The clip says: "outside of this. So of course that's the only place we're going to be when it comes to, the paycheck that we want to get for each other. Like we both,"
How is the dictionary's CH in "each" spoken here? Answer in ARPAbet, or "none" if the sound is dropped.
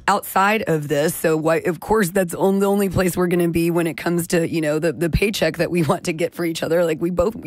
CH